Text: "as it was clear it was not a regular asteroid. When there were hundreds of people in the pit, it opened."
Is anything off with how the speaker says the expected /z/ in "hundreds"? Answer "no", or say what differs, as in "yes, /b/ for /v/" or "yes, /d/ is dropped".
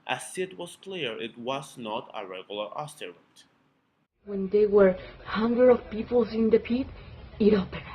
yes, /z/ is dropped